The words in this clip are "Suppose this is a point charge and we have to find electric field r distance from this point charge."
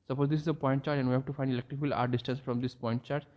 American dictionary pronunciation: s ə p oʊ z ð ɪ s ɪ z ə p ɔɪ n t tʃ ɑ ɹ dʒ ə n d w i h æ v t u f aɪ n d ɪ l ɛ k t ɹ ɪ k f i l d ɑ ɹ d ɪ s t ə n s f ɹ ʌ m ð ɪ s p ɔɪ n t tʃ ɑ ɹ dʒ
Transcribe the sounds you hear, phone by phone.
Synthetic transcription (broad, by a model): s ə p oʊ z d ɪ s ɪ z ə p ɔɪ n t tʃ ɑ ɹ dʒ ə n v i h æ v t u f aɪ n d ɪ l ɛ k t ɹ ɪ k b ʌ l ɑ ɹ d ɪ s t ə n s f ɹ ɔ m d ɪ s p ɔɪ n t tʃ ɑ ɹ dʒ